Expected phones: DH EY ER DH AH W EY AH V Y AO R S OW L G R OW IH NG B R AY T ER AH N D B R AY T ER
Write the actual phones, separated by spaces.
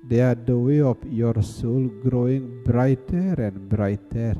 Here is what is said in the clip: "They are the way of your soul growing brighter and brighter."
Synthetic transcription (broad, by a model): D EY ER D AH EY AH P Y AO R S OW L G R OW IH NG B R AY T ER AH N B R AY T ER